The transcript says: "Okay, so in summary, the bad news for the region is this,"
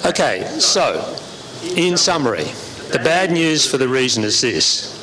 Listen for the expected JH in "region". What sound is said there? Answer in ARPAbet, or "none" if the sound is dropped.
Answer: Z